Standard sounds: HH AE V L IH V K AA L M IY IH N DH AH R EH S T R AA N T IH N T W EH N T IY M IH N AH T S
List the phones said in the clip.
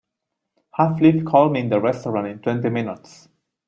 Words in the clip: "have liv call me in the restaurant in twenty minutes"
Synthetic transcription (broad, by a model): HH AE F L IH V K AA L M IY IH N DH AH R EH S T R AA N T IH N T W EH N T IY M IH N AH T S